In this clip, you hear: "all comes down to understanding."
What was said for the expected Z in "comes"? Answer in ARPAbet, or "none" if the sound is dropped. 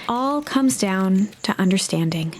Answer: Z